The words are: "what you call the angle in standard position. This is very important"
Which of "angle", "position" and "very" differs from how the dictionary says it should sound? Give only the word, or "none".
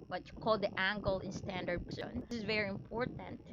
position